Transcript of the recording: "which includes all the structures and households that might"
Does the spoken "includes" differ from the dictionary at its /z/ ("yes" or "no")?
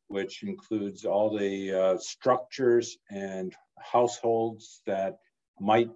no